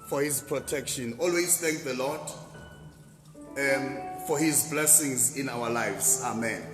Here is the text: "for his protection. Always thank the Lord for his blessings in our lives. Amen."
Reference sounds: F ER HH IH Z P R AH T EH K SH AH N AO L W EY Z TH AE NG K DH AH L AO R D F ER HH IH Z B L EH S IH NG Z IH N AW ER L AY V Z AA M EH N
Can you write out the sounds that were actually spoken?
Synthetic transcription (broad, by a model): F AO HH IH Z P R AH T EH K SH AH N AO L W EY Z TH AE NG K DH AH L AO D F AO HH IH Z B L EH S IH NG Z IH N AW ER L AY V Z AA M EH N